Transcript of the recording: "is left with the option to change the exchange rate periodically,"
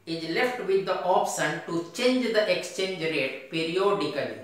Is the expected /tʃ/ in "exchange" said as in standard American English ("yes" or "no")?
yes